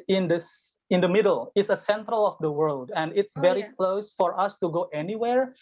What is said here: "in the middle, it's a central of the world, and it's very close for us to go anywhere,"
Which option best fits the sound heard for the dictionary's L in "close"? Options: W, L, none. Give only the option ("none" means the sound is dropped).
L